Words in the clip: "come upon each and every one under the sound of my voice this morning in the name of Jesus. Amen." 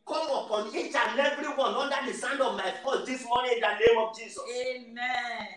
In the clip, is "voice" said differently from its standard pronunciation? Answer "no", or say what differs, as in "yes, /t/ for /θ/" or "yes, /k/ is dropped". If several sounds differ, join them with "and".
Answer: yes, /f/ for /v/